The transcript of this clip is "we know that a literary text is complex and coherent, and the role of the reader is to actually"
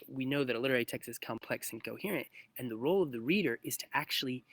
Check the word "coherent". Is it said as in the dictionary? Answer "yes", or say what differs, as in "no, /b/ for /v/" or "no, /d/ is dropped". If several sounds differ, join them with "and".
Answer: yes